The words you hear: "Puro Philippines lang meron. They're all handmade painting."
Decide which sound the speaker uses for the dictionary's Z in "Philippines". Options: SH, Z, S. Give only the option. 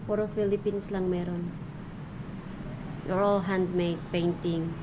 S